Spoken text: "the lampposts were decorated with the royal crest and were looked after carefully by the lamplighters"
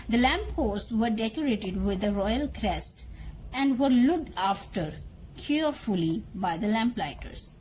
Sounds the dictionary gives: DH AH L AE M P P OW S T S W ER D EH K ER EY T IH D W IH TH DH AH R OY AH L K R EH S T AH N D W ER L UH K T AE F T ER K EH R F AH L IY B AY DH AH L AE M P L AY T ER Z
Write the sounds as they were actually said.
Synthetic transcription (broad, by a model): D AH L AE M P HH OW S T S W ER D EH K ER EY T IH D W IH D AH R OY AH L K R EH S T AH N D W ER L UH K T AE F T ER K EH R F AH L IY B AY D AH L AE M P L AY T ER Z